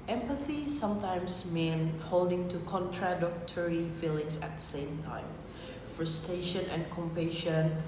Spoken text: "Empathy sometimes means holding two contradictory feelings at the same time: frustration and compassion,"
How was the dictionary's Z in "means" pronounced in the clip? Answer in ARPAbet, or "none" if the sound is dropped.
none